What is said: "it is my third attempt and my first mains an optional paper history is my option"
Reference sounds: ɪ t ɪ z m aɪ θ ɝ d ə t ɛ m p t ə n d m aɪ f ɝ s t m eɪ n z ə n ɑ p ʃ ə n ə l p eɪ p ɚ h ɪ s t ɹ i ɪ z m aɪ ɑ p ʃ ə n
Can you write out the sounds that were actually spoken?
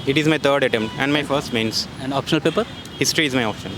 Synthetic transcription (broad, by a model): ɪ t ɪ z m aɪ t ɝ d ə t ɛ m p t ə n d m aɪ f ɝ s t m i n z ə n ɑ p ʃ ə n ə l p eɪ p ɚ h ɪ s t ɹ i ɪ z m aɪ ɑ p ʃ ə n